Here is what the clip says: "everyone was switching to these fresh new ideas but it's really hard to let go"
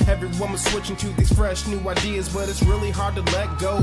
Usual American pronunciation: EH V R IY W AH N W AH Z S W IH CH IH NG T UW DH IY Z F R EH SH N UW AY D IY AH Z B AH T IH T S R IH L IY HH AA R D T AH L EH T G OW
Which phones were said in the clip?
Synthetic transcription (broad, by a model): EH V R IY W AH N W AH Z S W IH CH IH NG T UW DH IY Z F R EH SH N UW AY D IY AH Z B AH T IH T S R IH L IY HH AA R D T AH L EH T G OW